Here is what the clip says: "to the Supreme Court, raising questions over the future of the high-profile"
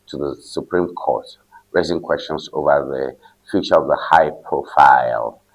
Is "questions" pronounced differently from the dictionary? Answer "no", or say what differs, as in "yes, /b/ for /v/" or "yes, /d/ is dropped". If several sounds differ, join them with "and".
yes, /s/ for /z/